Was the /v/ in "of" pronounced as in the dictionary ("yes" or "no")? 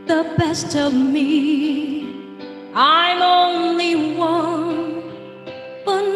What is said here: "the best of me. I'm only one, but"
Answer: yes